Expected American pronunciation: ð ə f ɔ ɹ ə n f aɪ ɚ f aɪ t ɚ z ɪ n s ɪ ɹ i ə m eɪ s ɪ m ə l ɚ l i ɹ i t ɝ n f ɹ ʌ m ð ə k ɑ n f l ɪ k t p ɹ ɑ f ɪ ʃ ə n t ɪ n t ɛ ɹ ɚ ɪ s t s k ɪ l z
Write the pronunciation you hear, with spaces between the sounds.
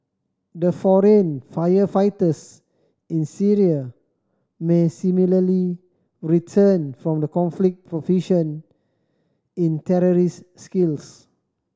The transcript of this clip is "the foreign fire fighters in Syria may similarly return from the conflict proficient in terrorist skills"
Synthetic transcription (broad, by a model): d ə f ɔ ɹ ə n f aɪ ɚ f aɪ t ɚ s ɪ n s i ɹ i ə m eɪ s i m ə l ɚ l i ɹ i t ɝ n f ɹ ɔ m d ə k ɑ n f l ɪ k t p ɹ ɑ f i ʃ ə n ɪ n t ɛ ɹ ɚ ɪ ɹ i s k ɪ l s